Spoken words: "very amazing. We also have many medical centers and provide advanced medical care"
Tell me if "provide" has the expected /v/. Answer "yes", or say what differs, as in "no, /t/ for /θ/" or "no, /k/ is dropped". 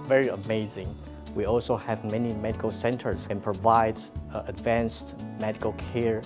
yes